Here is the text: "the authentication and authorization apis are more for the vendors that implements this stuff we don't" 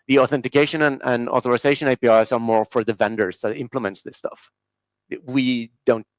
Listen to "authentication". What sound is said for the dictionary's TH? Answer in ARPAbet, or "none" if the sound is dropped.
TH